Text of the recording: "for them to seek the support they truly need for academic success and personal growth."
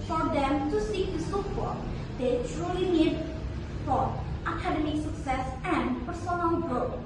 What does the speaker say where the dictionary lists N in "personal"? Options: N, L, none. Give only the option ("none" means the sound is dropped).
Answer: L